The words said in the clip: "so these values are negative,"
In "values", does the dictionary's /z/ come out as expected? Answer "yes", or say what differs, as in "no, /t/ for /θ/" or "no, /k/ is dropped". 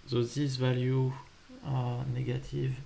no, /z/ is dropped